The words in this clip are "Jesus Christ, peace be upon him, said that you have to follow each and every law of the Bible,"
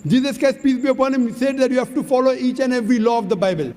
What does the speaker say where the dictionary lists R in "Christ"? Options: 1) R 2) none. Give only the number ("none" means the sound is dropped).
2